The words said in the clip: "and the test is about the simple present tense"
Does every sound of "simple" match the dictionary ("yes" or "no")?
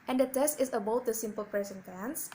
yes